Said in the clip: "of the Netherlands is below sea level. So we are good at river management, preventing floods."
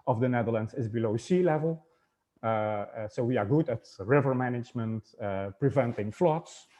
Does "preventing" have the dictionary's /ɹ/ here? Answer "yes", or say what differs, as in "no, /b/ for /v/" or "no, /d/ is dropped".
yes